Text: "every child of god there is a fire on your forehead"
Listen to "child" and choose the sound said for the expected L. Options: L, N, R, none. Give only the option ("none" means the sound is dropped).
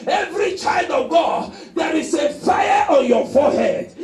L